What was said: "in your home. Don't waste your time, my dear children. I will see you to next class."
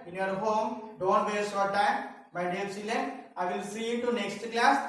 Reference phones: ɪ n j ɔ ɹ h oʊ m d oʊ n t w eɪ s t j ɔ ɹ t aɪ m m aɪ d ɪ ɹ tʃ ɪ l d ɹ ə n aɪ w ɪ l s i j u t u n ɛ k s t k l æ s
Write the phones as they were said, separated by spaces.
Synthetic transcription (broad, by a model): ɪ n j ɔ ɹ h oʊ m d oʊ n t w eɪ t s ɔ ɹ t aɪ m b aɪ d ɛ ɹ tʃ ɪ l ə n aɪ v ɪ l s i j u t u n ɛ k s t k l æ s